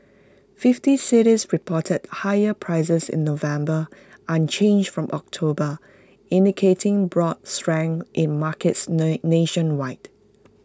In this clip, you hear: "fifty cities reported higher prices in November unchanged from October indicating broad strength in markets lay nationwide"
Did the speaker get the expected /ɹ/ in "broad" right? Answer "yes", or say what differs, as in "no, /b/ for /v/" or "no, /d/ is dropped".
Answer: yes